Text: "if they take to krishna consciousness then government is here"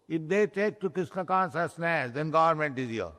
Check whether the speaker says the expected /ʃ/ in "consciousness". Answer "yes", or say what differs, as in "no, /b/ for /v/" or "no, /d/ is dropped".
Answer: no, /s/ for /ʃ/